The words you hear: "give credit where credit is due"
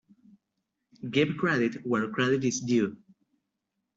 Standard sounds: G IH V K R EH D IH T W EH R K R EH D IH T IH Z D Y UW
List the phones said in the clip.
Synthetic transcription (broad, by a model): G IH B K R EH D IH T W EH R K R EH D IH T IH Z D Y UW